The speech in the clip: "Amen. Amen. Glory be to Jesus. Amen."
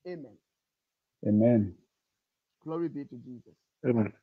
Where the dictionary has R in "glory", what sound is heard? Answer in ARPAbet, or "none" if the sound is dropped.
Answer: R